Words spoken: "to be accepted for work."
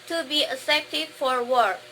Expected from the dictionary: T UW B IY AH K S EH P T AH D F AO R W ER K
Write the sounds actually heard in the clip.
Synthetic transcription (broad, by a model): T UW B IY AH S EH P T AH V F AO R W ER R